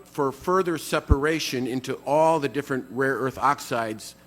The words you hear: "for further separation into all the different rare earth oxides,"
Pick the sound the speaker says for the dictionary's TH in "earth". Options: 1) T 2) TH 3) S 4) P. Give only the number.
2